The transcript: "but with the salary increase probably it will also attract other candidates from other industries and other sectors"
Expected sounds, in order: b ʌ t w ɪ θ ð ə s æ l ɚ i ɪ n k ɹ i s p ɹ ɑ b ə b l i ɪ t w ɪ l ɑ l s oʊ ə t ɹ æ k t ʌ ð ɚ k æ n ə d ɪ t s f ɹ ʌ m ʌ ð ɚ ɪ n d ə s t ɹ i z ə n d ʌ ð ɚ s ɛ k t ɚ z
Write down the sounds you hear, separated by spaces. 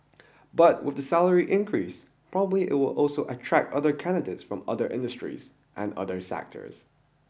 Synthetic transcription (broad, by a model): b ʌ t w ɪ ð ə s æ l ɚ i ɪ n k ɹ i s p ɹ ɑ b ə b l i ɪ t w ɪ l ɑ l s oʊ ə t ɹ æ k t ʌ ð ɚ k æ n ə d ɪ t s f ɹ ʌ m ʌ ð ɚ ɪ n d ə s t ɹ i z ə n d ʌ ð ɚ s ɛ k t ɚ z